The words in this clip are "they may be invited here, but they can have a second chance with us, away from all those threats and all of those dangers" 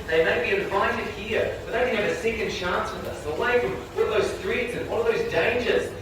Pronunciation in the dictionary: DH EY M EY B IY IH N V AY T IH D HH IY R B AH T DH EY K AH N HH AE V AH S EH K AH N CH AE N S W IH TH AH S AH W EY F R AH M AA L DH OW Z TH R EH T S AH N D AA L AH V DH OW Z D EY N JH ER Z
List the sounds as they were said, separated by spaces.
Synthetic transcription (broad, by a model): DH EY M EY B IY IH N V AY T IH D HH IY R B AH T DH EY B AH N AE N AH S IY K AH N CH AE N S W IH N AH S AH W EY F R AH M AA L DH OW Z T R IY T S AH N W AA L AH V DH OW Z D EY N JH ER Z